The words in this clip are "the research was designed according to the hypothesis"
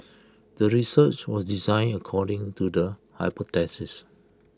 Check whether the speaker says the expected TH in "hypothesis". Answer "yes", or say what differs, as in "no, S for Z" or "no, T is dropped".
no, T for TH